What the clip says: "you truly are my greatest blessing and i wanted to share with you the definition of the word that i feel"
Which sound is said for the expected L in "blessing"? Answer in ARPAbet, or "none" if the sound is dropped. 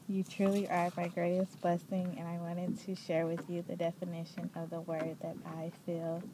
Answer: L